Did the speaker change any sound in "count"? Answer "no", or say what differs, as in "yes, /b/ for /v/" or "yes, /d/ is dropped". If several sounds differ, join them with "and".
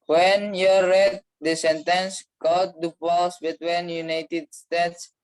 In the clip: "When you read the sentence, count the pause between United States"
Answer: yes, /n/ is dropped